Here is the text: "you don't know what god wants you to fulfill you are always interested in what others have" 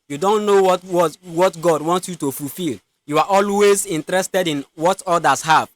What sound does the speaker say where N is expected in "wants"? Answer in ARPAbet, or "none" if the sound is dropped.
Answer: N